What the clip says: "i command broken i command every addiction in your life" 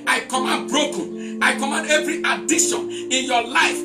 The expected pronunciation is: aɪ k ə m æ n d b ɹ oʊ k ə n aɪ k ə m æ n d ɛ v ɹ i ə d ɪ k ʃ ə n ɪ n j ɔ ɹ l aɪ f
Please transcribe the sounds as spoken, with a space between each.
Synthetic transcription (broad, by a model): aɪ k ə m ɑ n b ɹ oʊ k ə n aɪ k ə m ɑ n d ɛ v ɹ i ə d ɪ ʃ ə n ɪ n j ɔ l aɪ f